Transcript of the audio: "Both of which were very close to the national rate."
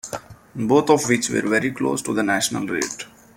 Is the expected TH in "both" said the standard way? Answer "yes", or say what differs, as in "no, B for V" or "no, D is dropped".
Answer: no, T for TH